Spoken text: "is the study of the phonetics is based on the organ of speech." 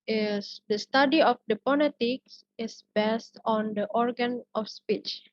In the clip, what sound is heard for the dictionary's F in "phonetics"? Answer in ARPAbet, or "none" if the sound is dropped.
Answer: P